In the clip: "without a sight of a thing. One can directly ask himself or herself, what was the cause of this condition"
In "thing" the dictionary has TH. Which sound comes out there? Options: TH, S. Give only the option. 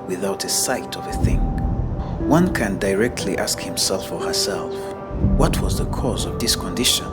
TH